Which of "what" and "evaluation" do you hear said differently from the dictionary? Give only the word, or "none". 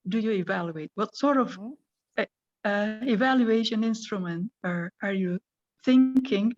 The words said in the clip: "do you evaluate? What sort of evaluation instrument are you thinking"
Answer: none